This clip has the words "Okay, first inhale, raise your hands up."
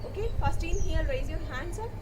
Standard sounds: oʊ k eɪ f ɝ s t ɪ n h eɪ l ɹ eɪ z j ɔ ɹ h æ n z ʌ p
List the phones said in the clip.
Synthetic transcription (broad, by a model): oʊ k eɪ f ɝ s t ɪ n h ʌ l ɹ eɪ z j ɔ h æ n s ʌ